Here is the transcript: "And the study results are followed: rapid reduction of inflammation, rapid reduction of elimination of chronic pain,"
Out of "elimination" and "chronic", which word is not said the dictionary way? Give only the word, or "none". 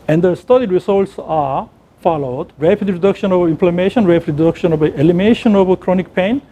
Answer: elimination